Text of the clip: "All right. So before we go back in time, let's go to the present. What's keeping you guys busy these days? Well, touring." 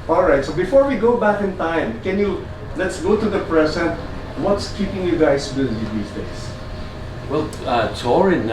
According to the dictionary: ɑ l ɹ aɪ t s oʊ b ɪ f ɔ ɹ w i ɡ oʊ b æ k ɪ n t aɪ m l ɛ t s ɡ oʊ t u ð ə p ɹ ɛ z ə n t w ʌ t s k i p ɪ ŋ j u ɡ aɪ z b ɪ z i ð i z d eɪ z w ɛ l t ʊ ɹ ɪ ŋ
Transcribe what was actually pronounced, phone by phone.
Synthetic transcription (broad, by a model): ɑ l ɹ aɪ t s oʊ b ɪ f ɔ ɹ w i ɡ oʊ b æ k ɪ n t aɪ m l ɛ t s ɡ oʊ t u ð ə p ɹ ɛ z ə n t w ʌ t s k i p ɪ ŋ j u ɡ aɪ s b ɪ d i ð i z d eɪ s w ɛ l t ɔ ɹ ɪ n